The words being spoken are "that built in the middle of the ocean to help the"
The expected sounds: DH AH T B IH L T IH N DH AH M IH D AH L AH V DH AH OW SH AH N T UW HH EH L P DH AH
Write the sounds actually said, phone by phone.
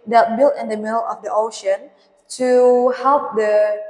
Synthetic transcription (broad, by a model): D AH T B IH L T IH N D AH M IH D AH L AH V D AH OW SH AH N T UW HH EH L P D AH